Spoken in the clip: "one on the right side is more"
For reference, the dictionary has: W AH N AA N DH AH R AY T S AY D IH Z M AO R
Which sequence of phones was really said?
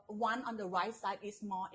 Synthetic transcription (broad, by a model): W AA N AA N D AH R AY T S AY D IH S M AO